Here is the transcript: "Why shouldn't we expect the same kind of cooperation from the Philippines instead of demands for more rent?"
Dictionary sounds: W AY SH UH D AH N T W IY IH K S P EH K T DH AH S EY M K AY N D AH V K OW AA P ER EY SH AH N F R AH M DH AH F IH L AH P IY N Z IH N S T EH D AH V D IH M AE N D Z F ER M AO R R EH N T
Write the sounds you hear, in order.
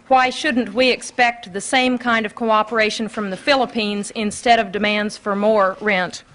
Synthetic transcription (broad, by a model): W AY SH UH D N T W IY IH K S P EH K T DH AH S EY M K AY N D AH V K OW AA P ER EY SH AH N F R AH M DH AH F IH L AH P IY N Z IH N S T EH D AH V D IH M AE N D Z F ER M AO R R EH N T